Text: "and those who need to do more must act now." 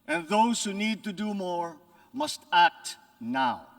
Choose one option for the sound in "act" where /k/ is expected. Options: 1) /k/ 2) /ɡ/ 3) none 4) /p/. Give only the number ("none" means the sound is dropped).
1